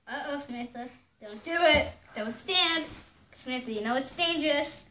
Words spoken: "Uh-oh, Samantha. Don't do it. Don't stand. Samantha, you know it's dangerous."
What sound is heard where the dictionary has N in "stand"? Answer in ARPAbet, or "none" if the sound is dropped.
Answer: N